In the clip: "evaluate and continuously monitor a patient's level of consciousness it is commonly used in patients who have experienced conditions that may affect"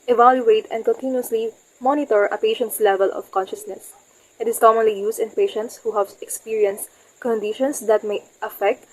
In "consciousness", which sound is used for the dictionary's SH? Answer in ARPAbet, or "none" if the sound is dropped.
SH